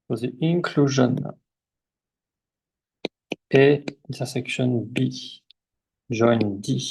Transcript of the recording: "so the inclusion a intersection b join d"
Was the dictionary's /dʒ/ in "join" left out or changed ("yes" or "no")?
yes